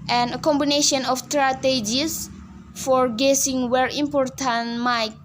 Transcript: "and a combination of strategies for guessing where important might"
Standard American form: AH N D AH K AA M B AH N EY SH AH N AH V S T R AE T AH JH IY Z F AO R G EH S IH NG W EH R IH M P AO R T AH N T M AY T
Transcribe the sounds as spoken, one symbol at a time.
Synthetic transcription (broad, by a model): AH N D AH K AA M B AH N EY SH AH N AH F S T R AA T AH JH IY S F AO R G EH S IH NG W EH R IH M P AO R T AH N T M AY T